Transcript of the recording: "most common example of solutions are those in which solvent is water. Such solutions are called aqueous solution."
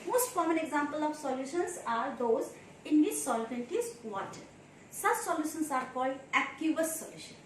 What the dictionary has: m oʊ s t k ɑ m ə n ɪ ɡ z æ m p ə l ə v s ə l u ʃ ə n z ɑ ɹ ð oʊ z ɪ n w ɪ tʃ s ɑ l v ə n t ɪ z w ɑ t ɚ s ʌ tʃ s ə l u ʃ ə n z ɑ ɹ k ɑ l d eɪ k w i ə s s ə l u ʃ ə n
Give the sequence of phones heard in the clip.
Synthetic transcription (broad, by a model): m oʊ s t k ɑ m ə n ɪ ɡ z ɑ m p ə l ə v s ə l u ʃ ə n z ɑ ɹ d oʊ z ɪ n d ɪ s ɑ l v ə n t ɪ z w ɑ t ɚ s ʌ tʃ s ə l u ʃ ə n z ɑ ɹ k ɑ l eɪ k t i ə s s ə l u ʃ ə n